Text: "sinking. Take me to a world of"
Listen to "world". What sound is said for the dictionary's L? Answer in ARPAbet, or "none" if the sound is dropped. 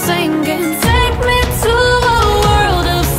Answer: L